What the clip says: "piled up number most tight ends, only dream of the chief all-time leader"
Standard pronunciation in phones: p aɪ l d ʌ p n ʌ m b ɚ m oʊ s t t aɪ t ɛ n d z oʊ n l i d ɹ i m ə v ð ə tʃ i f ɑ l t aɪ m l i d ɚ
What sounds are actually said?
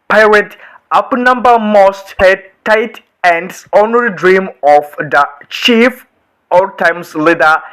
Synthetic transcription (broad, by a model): p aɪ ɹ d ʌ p n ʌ m b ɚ m oʊ s t t aɪ t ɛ n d s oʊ n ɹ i d ɹ i m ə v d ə tʃ i f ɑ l t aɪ m l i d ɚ